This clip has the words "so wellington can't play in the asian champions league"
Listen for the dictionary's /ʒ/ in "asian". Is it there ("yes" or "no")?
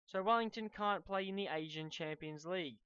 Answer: yes